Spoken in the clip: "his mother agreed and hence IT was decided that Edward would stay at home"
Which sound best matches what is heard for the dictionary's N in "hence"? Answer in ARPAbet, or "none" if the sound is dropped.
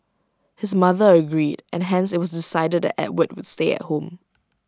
N